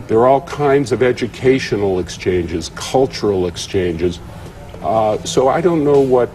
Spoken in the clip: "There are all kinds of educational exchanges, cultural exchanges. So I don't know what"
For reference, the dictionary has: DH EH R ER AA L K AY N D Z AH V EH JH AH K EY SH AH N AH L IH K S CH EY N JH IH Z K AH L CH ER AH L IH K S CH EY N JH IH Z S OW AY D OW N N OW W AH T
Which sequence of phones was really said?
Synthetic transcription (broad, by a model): DH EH R AA L K AY N D Z AH V EH JH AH K EY SH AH N L IH K S CH EY N JH IH Z K AH L CH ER L IH K S CH EY N JH IH Z S OW AY D OW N N OW W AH T